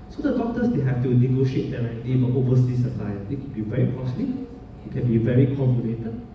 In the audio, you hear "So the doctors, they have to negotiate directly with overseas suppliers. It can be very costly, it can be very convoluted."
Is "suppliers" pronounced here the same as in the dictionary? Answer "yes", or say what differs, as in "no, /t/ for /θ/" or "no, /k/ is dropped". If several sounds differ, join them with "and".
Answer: no, /z/ is dropped